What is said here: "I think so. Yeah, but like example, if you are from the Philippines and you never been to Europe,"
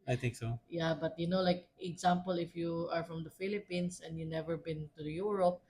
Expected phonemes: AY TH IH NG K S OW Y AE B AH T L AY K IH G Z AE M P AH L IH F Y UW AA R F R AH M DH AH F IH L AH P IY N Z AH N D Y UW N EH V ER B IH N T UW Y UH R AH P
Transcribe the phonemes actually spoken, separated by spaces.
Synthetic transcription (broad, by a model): AY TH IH NG K S OW Y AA B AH T L AY K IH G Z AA M P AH L IH F Y UW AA R F R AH M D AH F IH L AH P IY N S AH N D Y UW N EH V ER B IH N T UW Y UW R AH P